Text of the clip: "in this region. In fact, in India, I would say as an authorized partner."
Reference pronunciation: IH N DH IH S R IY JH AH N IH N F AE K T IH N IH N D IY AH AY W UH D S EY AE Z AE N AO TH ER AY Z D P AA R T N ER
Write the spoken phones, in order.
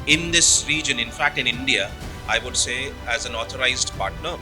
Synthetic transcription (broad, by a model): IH N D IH S R IY JH AH N IH N F AE K T IH N IH N D IY AH AY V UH D S EY AE Z AE N AO T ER AY Z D P AA R T N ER